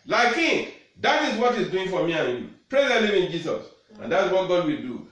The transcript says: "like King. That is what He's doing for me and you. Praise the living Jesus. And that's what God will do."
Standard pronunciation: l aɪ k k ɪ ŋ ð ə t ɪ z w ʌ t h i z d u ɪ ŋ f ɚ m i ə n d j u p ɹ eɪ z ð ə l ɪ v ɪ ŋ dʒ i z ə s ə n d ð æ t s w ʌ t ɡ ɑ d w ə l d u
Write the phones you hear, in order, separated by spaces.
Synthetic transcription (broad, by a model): l aɪ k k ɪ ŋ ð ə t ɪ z w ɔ t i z d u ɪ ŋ f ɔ m i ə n j u p ɹ eɪ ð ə n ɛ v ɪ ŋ dʒ i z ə s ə n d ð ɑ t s w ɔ t ɡ ɑ d w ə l d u